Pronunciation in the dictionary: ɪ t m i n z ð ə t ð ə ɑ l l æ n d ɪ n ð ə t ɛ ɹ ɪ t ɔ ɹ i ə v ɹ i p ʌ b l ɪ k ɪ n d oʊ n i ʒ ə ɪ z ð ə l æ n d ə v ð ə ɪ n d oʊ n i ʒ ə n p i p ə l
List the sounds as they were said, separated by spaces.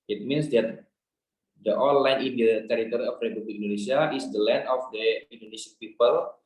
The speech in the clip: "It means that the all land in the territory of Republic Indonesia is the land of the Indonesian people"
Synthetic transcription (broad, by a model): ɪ t m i n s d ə t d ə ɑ n l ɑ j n ɪ n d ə t ɛ ɹ ɪ t ɔ ɹ i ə f ɹ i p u b l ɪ k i n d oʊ n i s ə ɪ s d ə l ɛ n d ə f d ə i n d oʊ n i s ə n p i p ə l